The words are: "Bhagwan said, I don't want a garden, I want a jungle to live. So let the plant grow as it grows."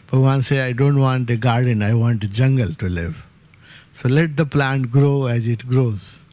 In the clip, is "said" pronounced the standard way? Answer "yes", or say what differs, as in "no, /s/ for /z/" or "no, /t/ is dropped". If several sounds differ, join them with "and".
no, /d/ is dropped